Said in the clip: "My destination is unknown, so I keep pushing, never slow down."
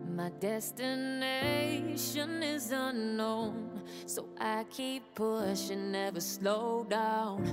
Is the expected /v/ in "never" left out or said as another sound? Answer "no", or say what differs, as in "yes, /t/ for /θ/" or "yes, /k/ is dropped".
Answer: no